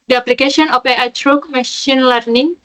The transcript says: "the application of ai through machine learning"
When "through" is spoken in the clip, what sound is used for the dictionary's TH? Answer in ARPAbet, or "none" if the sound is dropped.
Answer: T